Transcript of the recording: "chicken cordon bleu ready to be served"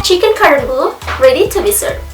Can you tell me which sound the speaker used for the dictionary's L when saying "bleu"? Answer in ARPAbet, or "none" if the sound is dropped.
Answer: none